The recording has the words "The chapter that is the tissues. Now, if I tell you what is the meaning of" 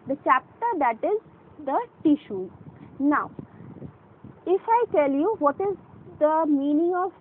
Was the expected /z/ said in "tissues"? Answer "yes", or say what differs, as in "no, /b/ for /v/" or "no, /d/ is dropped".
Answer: no, /z/ is dropped